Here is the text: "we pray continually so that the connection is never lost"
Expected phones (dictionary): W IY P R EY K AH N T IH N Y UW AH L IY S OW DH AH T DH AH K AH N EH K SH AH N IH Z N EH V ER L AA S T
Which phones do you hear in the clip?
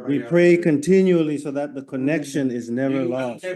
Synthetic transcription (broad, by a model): W IY P R EY K AH N T IH N Y UW AH L IY S OW DH AH T DH AH K AH N EH K SH AH N IH Z N EH V ER L AA S T